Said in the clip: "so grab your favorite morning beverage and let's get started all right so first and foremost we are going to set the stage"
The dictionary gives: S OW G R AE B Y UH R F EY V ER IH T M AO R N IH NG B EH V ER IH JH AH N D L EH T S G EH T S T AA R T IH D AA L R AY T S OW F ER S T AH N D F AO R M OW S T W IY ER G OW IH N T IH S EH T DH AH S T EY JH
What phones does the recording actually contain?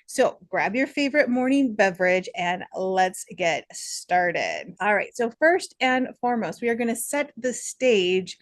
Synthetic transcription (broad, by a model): S OW G R AE B Y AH R F EY V ER IH T M AO R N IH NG B EH V ER IH JH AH N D L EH T S G EH T S T AA R T IH D AA L R AY T S OW F ER S T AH N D F AO R M OW S T W IY ER G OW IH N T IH S EH T DH AH S T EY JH